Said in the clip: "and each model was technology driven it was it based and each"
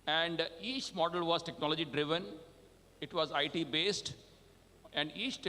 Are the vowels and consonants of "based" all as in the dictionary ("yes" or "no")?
yes